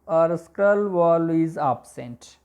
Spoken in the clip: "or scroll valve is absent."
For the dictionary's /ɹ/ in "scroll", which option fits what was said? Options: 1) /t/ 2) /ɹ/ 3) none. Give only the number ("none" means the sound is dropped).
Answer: 3